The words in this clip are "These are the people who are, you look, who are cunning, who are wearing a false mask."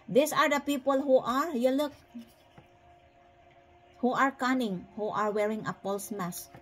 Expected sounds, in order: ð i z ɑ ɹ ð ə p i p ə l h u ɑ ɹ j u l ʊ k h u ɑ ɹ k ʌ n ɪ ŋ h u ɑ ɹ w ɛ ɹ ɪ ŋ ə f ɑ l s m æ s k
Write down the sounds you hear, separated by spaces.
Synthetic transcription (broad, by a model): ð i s ɑ ɹ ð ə p i p ə l h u ɑ ɹ j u l ʊ k h u ɑ ɹ k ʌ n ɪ ŋ h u ɑ ɹ w ɛ ɹ ɪ ŋ ə p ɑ l s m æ s